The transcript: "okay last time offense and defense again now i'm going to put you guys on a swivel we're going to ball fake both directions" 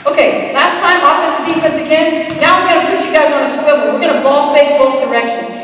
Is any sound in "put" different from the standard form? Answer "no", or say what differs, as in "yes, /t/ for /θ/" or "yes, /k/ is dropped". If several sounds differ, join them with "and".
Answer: yes, /b/ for /p/